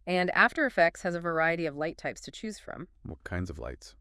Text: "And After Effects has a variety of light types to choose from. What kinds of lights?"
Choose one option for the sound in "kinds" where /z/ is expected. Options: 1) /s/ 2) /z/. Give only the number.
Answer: 2